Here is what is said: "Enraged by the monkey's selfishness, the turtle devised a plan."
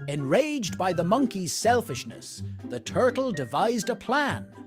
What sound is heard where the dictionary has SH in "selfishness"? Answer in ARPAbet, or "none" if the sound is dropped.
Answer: SH